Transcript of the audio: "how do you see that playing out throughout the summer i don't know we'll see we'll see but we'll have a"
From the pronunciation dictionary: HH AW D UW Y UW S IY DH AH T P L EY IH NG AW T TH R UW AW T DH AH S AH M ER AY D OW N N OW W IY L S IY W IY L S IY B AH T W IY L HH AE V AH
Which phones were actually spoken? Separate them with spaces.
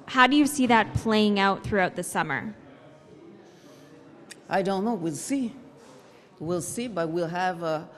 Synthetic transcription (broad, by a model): HH AW D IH Y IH S IY DH AH T P L EY IH NG AW T TH R UW AW T DH AH S AH M ER AY D OW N N OW W IY L S IY W IY L S IY B AH T W IY L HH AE V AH